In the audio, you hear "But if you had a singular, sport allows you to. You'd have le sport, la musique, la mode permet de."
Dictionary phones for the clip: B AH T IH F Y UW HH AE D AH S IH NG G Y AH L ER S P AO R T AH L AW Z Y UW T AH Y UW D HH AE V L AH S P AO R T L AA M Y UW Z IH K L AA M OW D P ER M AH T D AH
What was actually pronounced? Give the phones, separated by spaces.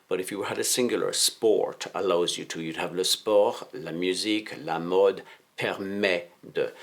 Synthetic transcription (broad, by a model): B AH T IH F Y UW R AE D AH S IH NG G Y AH L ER S P AO R T AH L AW Z Y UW T AH Y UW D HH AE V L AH S P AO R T L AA M Y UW Z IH K L AA M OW D P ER M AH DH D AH